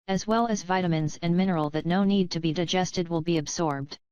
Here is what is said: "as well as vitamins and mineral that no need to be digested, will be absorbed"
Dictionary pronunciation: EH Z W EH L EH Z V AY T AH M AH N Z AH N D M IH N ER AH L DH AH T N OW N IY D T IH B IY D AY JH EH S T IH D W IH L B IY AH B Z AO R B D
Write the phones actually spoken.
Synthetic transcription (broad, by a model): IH Z W EH L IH Z V AY T AH M AH N Z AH N M IH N ER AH L DH AH T N OW N IY D T IH B IY D AY JH EH S T IH D W IH L B IY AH B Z AO R B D